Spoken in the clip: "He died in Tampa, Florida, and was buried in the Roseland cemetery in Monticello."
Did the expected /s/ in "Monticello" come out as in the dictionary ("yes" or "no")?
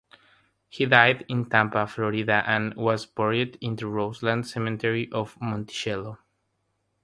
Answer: no